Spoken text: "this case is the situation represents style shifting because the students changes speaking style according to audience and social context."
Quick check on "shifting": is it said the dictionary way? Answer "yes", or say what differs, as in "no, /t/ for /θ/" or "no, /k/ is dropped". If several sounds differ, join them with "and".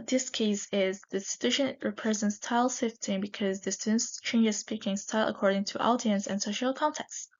no, /s/ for /ʃ/